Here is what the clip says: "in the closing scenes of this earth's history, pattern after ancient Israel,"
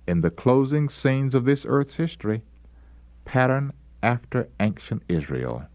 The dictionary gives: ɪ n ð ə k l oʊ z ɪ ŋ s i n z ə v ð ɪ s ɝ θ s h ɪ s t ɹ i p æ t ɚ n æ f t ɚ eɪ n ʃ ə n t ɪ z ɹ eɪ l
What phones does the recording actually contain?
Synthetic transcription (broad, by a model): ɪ n ð ə k l oʊ z ɪ ŋ s i n z ə v ð ɪ s ɝ θ s h ɪ s t ɹ i p æ t ɚ n æ f t ɚ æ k ʃ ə n t ɪ z ɹ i l